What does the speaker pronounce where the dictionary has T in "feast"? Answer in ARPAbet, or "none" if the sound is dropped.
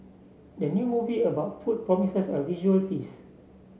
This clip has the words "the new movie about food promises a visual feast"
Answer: none